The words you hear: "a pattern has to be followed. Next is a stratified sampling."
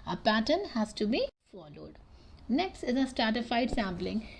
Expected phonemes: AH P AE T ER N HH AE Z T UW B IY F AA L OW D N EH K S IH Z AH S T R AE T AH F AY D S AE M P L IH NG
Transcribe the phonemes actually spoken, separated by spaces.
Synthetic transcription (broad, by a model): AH P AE T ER N HH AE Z T UW B IY F AA L OW D N EH K S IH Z AH S T R AE T AH F AY D S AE M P L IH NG